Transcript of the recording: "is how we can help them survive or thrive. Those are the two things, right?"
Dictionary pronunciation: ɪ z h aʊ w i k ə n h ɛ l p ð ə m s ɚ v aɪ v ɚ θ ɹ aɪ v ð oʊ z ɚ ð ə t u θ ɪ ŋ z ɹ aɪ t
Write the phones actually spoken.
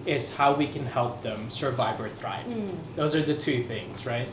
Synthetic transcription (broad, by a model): ɪ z h aʊ w i k ə n h ɛ l p ð ə m s ɚ v aɪ v ɚ θ ɹ aɪ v ð oʊ z ɚ ð ə t u θ ɪ ŋ z ɹ aɪ t